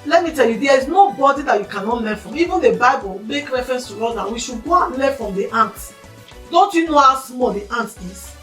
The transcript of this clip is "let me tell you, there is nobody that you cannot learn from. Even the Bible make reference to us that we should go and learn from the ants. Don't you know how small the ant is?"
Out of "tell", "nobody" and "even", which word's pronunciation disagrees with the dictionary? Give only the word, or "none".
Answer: none